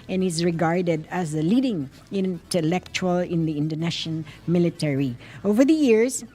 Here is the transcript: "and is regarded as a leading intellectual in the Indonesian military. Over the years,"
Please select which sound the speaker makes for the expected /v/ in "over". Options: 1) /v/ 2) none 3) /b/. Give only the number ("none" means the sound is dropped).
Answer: 1